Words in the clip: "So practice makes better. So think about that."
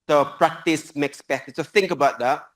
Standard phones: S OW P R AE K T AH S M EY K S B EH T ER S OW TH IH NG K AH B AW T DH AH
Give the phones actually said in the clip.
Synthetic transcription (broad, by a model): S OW P R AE K T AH S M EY K S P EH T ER S OW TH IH NG K AH B AW T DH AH